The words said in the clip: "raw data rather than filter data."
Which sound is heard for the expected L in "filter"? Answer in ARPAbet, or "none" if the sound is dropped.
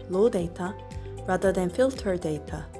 L